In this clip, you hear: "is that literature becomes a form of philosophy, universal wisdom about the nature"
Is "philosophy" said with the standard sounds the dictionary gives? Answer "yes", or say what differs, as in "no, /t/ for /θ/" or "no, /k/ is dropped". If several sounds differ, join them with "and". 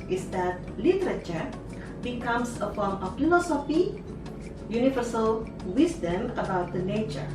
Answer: no, /n/ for /l/ and /p/ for /f/